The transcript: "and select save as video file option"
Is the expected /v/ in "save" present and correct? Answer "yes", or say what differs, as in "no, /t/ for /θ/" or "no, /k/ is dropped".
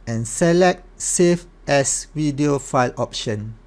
no, /f/ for /v/